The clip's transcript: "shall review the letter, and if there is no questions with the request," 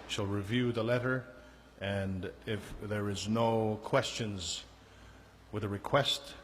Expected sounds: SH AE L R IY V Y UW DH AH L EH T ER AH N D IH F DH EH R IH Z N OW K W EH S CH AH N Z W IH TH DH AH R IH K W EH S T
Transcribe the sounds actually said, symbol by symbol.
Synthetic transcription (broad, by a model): SH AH L R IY V Y UW DH AH L EH T ER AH N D IH F DH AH R IH Z N OW K W EH S CH AH N Z W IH DH AH R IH K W EH S T